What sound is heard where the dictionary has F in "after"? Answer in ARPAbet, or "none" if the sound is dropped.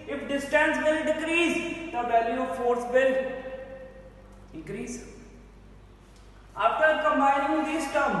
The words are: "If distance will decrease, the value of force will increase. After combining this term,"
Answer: P